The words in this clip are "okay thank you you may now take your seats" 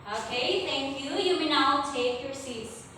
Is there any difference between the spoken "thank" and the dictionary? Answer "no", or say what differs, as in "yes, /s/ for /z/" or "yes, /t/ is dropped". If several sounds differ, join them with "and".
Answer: yes, /t/ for /θ/